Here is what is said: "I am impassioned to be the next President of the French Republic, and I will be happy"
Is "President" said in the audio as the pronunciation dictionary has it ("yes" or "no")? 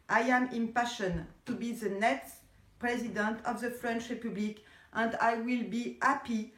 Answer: yes